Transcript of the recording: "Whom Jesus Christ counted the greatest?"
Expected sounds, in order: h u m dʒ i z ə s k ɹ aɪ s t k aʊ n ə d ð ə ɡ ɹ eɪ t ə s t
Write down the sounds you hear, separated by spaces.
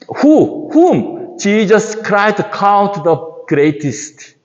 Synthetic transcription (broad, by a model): h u m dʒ i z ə s k ɹ aɪ t k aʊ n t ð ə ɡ ɹ eɪ t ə s t